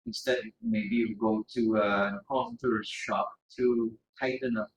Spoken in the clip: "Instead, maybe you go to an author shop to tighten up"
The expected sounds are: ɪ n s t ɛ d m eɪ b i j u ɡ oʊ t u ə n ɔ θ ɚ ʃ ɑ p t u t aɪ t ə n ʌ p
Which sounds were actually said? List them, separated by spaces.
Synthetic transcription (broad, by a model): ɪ n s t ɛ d m eɪ b i j u ɡ oʊ t u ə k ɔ t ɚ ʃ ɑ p t u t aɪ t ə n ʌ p